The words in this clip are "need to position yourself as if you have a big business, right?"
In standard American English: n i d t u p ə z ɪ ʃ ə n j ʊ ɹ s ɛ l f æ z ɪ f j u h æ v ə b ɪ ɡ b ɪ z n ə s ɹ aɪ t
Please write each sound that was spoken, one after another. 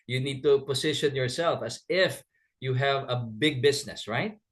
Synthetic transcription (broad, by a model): n i d t u p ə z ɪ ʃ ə n j ʊ ɹ s ɛ l f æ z ɪ f j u h æ v ə b ɪ ɡ b ɪ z n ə s ɹ aɪ t